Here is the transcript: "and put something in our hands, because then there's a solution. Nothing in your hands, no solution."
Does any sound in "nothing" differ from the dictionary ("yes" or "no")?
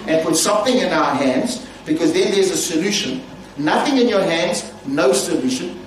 no